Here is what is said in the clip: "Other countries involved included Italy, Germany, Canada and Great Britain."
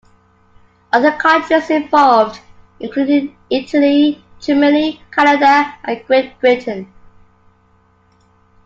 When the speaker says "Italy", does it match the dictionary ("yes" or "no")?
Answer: yes